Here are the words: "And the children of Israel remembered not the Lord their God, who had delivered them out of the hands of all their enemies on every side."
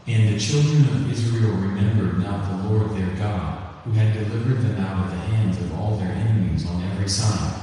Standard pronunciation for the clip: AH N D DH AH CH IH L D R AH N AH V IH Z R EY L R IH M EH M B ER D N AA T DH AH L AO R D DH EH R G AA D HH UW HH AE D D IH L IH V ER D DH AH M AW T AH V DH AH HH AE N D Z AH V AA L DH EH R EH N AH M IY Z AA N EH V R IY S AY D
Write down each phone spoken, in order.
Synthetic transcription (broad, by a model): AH N DH AH CH IH L D R AH N AH V IH Z R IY L R IH M EH M B ER D N AA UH DH AH L AO R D DH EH R G AA D HH UW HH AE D D IH L IH V ER D DH AH M AW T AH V DH AH HH AE N D Z AH V AA L DH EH R EH N AH M IY Z N EH V R IY S AY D